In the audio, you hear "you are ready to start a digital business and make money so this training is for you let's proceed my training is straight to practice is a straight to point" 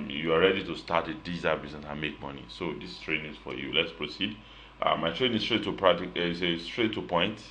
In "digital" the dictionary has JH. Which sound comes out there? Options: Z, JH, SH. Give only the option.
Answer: Z